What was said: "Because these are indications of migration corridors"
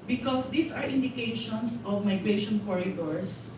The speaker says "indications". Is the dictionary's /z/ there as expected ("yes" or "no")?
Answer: no